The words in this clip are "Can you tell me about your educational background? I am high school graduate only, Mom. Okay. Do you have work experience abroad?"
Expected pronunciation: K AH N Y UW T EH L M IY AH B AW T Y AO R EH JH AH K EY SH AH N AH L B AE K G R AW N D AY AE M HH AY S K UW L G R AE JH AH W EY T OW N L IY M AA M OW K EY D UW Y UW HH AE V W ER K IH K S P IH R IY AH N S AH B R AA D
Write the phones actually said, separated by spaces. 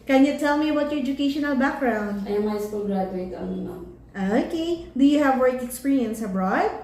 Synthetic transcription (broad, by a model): K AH N Y UW T EH L M IY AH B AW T Y AO R EH JH AH K EY SH AH N AH L B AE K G R AW N D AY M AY S K UW L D R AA AH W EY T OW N IY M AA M OW K EY D UW Y UW HH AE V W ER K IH K S P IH R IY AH N S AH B R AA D